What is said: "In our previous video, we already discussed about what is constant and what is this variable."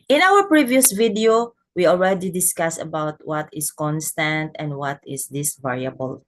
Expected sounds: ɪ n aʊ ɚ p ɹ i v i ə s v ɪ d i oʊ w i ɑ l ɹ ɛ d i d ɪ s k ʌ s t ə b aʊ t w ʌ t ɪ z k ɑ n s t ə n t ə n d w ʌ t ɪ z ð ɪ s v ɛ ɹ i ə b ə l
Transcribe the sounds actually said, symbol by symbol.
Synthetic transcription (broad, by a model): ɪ n aʊ ɚ p ɹ i v i ə s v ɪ d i oʊ w i ɑ l ɹ ɛ d i d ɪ s k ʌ s ə b aʊ t w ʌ t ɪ s k ɑ n s t ə n t ə n d w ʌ t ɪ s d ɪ s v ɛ ɹ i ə b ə l